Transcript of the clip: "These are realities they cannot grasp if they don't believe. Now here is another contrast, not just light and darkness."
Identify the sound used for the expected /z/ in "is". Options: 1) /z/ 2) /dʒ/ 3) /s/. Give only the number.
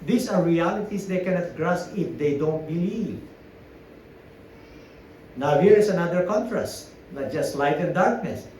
3